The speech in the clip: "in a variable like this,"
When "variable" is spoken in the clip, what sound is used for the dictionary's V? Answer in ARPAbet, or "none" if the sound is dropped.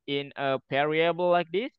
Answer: P